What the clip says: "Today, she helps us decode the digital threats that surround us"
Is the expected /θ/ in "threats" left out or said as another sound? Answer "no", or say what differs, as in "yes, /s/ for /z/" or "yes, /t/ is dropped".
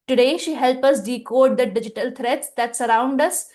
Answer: yes, /t/ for /θ/